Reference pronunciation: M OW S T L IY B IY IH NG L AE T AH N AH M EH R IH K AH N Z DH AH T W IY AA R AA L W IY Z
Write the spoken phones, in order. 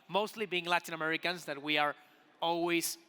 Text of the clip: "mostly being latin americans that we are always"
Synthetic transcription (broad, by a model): M OW S T L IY B IY IH NG L AE T AH N AH M EH R IH K AH N Z DH AH T W IY AA R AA L W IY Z